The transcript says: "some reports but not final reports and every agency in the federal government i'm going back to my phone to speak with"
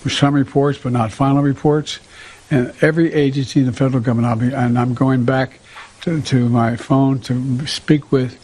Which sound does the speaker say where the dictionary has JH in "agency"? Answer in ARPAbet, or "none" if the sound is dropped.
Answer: JH